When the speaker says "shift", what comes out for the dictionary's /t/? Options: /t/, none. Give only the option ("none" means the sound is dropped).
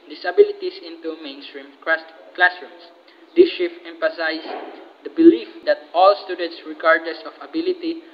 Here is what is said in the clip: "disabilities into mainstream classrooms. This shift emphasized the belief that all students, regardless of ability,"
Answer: none